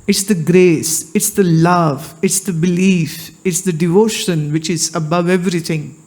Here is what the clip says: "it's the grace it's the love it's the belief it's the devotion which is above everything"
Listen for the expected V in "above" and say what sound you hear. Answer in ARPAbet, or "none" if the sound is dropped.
V